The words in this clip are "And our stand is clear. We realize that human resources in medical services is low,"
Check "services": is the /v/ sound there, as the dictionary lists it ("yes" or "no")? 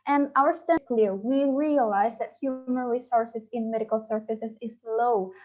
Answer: no